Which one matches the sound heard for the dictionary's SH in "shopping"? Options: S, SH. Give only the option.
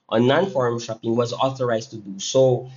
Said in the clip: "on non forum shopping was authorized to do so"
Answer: SH